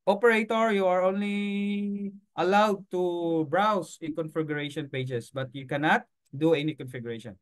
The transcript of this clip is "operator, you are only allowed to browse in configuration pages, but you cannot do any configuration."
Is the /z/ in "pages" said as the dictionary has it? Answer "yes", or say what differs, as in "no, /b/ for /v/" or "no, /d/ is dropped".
no, /s/ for /z/